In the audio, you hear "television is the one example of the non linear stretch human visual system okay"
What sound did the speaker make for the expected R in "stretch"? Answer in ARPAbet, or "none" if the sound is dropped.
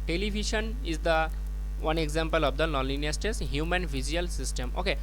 none